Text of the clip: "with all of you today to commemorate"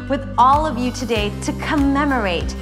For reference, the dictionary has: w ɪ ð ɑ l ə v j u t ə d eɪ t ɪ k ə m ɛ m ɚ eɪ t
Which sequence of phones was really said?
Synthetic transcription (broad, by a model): w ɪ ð ɑ l ə v j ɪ t ə d eɪ t ɪ k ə m ɛ m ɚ eɪ t